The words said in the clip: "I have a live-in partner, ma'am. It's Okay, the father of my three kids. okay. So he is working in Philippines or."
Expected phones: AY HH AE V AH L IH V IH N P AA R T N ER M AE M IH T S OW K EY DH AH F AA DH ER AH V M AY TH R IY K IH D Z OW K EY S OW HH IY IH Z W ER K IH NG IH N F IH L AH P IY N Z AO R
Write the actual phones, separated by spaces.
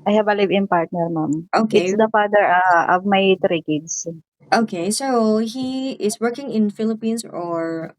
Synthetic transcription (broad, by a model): AY HH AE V AH L IH V IH N P AA R T N ER M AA M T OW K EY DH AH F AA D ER AH V M AY T R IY K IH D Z OW K EY S OW HH IY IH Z W ER K IH NG IH N F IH L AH P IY N S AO R